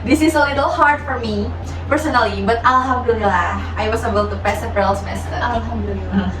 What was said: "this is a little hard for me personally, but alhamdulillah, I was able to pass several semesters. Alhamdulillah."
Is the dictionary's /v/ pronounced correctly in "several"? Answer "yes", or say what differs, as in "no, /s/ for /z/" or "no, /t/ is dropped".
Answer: no, /p/ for /v/